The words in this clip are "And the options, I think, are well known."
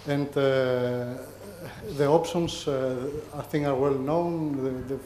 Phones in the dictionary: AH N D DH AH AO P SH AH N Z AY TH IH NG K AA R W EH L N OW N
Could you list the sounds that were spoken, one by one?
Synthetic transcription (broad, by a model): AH N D DH AH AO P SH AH N S AY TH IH NG AA R W EH L N OW N